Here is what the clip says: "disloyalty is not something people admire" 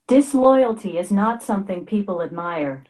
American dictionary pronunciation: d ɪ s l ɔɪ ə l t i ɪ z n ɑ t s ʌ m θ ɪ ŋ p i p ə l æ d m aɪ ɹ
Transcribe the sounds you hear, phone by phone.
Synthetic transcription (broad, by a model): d ɪ s l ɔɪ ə l t i ɪ z n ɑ t s ʌ m θ ɪ ŋ p i p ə l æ d m aɪ ɹ